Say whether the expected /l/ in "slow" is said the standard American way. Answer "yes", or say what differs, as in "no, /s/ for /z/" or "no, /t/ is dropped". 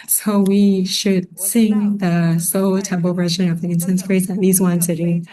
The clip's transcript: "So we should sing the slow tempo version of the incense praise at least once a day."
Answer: no, /l/ is dropped